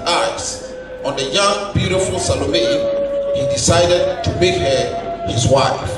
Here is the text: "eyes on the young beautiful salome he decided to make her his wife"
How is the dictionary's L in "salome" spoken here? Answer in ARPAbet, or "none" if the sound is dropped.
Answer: L